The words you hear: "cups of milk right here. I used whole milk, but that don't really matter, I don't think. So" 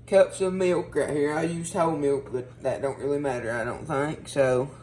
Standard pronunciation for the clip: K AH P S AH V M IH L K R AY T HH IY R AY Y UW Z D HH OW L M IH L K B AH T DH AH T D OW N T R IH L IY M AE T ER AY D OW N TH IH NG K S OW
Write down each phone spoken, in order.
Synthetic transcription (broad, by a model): K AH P S AH V M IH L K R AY HH IY R AY Y UW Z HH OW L M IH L K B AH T DH AH T D OW N T R IH L IY M AE T ER AY D OW N TH IH NG K S OW